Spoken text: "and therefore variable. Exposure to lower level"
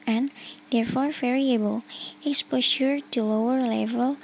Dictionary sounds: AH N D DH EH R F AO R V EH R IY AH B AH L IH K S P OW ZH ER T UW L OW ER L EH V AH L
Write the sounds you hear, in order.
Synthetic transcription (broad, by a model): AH N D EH R F AO R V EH R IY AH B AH L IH K S P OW SH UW T UW L OW ER L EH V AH L